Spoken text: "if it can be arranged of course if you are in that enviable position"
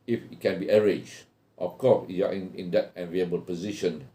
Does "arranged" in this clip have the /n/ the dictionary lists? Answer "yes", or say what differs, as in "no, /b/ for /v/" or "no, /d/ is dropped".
no, /n/ is dropped